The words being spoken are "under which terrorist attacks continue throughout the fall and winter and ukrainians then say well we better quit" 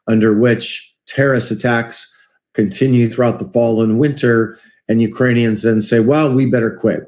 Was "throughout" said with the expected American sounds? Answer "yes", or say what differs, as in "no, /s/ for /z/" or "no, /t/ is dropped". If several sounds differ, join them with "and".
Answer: yes